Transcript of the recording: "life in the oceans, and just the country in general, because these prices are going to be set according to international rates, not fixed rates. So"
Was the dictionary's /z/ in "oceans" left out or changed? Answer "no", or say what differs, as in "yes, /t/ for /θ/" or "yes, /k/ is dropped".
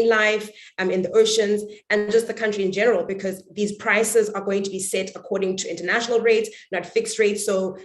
no